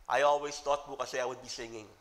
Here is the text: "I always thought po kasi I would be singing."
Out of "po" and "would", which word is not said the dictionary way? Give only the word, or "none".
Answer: po